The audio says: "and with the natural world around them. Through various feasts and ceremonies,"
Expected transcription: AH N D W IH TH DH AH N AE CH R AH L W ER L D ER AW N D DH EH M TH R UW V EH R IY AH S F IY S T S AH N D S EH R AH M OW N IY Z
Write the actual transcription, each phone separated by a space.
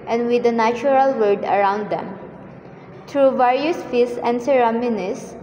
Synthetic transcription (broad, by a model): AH N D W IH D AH N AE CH R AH L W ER D ER AW N D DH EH M T R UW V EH R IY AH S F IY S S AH N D S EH R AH M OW N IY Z